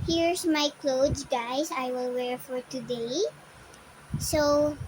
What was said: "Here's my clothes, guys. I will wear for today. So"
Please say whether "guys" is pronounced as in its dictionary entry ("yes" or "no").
no